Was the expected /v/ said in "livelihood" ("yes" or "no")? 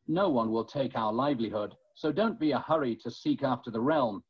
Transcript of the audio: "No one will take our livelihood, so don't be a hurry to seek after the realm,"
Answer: yes